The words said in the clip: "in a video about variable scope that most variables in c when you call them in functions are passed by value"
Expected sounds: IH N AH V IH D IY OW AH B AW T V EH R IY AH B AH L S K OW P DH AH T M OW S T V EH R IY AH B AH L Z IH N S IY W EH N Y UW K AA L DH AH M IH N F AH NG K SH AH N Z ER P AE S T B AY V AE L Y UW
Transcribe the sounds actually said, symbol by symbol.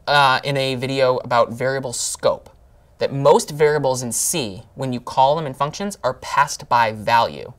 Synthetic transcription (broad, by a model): IH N AH V IH D IY OW AH B AW T V EH R IY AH B L S K OW P DH AH T M OW S T V EH R IY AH B L Z IH N S IY W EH N Y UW K AA L DH AH M IH N F AH NG K SH AH N Z ER P AE S T B AY V AE L Y UW